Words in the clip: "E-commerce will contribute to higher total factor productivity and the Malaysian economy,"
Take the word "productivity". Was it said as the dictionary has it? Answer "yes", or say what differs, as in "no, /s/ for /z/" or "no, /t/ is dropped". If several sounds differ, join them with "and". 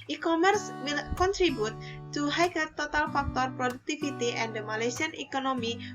no, /f/ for /v/